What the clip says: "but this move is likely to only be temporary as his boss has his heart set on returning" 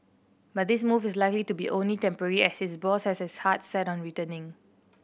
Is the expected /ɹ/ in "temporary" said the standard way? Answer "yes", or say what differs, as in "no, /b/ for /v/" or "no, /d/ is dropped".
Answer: yes